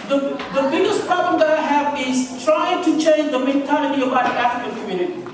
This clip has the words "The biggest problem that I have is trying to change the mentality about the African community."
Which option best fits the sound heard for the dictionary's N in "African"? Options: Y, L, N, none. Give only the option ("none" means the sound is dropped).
L